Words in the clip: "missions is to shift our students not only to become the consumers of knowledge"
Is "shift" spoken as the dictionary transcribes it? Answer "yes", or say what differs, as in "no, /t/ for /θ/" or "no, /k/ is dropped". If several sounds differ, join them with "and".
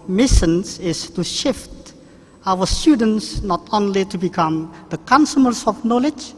yes